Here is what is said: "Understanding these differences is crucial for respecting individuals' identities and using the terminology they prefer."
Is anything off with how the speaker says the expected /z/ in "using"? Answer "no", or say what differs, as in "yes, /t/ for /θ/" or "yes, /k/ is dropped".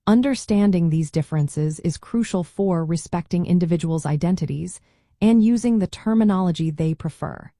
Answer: no